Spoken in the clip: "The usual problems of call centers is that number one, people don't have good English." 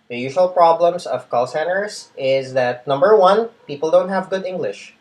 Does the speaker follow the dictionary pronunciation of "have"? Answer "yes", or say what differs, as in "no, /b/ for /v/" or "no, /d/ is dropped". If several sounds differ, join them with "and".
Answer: yes